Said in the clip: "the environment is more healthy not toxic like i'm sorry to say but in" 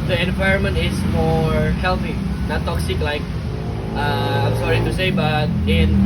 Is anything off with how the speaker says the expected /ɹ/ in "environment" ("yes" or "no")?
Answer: no